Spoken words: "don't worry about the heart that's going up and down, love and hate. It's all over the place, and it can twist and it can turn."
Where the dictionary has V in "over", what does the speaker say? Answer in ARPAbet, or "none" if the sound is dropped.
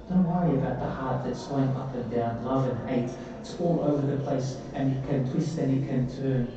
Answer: V